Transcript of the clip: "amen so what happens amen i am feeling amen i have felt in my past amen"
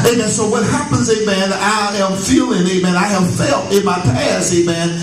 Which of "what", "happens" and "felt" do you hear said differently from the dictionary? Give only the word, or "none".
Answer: none